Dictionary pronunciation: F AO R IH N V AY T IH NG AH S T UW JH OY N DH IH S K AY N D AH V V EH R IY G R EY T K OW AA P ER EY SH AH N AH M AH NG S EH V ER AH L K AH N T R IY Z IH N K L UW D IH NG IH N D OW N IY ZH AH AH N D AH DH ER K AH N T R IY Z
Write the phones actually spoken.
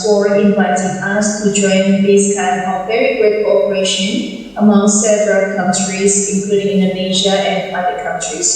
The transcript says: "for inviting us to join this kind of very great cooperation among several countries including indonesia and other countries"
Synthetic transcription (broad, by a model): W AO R IH N V AY T IH NG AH S T UW JH OY N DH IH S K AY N AH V V EH R IY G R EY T K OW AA P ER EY SH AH N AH M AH NG S EH V ER AH L K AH N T R IY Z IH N K L UW D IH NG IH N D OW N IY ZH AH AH N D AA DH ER K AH N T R IY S